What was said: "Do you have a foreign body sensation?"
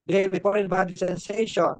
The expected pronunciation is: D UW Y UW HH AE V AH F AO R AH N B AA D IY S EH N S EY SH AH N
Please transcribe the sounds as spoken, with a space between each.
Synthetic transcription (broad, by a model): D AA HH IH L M AH P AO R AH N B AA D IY S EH N S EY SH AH N